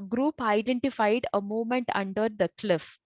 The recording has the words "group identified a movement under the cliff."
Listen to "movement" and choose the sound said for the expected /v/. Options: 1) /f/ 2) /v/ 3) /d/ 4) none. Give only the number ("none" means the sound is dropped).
4